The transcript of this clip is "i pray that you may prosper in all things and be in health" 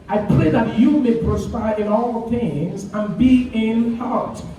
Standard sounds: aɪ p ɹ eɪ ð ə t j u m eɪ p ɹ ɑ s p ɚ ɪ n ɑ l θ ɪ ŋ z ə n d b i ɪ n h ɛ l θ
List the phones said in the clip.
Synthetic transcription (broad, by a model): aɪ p l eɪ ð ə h j u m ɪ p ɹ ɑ s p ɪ ɪ n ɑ l θ ɪ ŋ z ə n b i ɪ n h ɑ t